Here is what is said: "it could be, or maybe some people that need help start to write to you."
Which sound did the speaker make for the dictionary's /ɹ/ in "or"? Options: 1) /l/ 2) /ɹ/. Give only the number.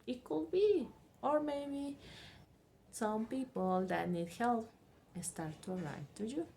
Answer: 2